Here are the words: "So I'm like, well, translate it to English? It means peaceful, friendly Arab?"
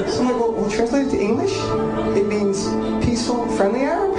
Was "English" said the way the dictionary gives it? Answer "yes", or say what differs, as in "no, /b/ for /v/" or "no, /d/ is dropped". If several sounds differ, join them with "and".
yes